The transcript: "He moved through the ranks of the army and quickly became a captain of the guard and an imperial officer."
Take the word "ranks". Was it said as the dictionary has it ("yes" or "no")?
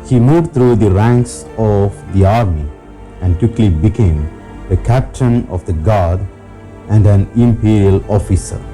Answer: yes